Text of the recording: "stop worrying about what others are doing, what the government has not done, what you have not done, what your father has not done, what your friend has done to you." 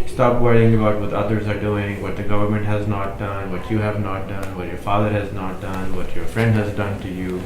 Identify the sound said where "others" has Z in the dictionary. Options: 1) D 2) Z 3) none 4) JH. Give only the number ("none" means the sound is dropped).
2